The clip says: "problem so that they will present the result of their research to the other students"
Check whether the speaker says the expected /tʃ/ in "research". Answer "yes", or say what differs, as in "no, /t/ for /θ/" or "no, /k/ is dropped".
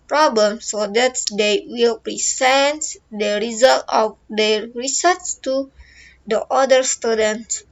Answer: no, /s/ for /tʃ/